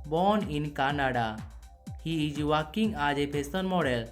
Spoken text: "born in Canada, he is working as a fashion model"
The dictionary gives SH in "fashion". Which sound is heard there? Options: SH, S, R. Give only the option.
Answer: S